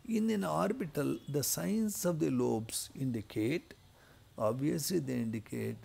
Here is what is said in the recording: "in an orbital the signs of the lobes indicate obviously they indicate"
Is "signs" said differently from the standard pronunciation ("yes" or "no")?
yes